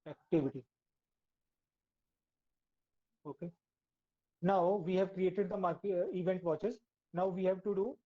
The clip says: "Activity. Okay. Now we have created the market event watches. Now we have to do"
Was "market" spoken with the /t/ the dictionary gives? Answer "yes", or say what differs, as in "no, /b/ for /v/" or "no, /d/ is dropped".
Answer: no, /t/ is dropped